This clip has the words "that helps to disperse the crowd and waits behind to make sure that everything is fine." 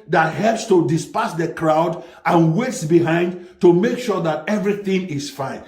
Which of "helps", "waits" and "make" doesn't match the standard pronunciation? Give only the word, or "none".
none